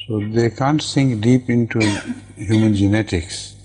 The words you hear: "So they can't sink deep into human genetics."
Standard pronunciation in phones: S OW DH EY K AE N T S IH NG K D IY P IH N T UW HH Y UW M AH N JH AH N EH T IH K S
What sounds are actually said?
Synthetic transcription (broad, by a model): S OW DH EY K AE N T S IH NG K D IY P IH N T UW HH Y UW M AH N JH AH N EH T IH K S